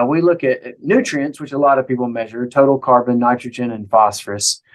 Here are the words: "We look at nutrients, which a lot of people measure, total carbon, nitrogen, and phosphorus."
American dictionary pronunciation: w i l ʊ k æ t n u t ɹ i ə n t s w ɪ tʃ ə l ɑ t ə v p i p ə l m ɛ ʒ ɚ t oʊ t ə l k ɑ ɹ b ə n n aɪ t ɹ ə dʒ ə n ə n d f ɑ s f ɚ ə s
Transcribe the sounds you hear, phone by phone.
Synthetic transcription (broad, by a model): w i l ʊ k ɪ t n u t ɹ i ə n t s w ɪ tʃ ə l ɑ t ə v p i p l m ɛ ʒ ɚ t oʊ t l k ɑ ɹ b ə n n aɪ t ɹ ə dʒ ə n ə n f ɑ s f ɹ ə s